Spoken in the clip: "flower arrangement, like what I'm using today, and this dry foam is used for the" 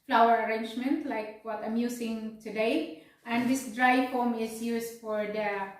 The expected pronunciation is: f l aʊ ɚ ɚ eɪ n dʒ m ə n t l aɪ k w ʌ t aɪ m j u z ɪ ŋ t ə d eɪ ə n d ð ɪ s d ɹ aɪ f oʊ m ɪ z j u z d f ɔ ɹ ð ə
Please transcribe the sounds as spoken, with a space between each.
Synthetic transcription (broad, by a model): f l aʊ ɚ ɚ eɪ n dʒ m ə n t l aɪ k w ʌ t aɪ m j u s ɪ ŋ t ə d eɪ ə n d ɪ s d ɹ aɪ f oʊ m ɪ s j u s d f ɔ ɹ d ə